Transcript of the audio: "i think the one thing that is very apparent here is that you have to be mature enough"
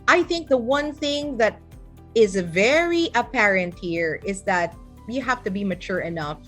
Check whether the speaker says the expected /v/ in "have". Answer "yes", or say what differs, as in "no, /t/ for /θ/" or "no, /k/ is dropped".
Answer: no, /f/ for /v/